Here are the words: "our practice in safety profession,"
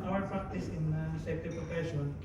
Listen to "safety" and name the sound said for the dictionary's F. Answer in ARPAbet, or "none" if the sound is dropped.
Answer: none